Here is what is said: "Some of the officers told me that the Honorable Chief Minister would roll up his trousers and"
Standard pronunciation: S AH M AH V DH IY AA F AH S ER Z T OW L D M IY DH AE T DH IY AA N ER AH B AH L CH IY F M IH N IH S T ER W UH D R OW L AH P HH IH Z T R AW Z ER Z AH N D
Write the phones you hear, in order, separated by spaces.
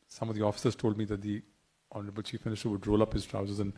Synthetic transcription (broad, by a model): S AH M AH V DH IY AA F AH S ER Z T OW L D M IY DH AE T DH IY AA N ER AH B AH L CH IY F M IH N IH S T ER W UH D R OW L AH P HH IH Z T R AW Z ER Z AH N